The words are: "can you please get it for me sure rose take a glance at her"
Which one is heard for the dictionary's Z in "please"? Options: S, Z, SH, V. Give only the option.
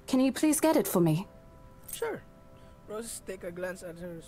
Z